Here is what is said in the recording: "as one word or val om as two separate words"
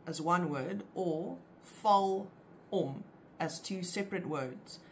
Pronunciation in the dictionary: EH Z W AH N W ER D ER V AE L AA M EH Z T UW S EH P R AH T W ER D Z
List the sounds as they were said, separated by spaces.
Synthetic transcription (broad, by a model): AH Z W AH N W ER D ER F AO L AA M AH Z T UW S EH P R AH T W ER D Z